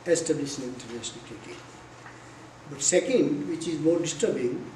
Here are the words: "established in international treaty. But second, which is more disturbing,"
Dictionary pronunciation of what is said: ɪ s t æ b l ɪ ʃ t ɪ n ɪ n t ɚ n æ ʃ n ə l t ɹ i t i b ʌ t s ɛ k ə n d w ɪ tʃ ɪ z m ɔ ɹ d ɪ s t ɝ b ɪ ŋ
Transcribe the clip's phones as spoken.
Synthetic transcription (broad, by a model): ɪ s t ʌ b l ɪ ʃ ɪ n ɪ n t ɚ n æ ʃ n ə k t ɛ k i b ʌ t s ɛ k ə n d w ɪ tʃ ɪ z m ɔ ɹ d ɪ s t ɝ b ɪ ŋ